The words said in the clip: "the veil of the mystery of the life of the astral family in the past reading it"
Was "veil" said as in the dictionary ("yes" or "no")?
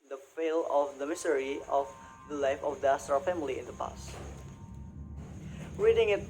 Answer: no